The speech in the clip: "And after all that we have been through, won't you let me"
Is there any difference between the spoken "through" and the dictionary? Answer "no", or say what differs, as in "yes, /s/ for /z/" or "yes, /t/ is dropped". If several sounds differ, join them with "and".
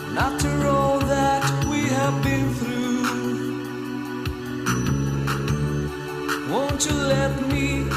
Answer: no